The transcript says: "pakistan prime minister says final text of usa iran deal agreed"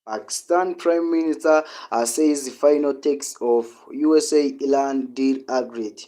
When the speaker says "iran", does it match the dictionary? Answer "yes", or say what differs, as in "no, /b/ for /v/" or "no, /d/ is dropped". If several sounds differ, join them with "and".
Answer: no, /l/ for /ɹ/